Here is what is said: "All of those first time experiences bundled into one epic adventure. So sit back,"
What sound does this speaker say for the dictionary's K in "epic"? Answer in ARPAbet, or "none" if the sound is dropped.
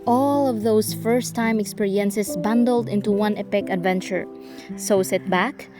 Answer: K